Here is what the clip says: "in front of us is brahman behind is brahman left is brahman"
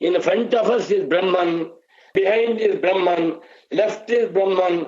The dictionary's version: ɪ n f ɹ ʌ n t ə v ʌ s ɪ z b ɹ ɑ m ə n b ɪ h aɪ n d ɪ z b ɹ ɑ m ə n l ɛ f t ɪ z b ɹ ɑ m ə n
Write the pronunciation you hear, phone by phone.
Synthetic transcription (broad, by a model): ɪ n f ɹ ʌ n t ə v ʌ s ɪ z b ɹ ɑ m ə n b ɪ h aɪ n d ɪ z b ɹ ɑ m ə n l ɛ f t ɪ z b ɹ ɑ m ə n